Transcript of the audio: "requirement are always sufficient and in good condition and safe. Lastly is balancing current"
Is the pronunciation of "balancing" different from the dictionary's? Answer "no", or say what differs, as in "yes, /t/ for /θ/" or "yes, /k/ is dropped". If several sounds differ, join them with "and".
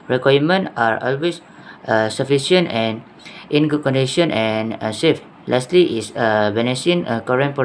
yes, /n/ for /l/ and /n/ is dropped